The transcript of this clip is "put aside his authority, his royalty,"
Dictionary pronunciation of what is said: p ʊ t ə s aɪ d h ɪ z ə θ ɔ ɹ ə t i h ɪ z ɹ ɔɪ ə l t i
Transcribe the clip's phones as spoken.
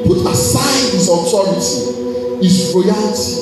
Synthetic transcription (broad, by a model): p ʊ t ə s aɪ d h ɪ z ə t ɔ ɹ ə t i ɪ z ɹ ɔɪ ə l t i